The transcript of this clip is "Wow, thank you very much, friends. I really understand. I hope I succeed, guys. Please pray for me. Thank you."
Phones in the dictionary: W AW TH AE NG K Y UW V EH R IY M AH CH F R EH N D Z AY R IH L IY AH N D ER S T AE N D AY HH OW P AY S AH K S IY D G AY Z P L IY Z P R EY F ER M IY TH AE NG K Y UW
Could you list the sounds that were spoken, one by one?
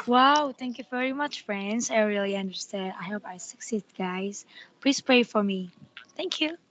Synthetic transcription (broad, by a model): W AW TH AE NG K Y UW V EH R IY M AH CH F R EH N D Z AY R IH L IY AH N D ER S T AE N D AY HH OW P AY S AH K S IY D G AY Z P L IY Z P R EY F ER M IY TH AE NG K Y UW